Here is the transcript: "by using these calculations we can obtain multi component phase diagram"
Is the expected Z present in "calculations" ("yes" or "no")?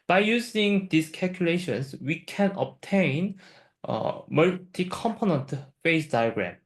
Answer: no